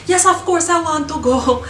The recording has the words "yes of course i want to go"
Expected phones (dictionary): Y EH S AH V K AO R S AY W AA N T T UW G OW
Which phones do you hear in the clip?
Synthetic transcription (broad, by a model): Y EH S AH F K AO R S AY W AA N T T UW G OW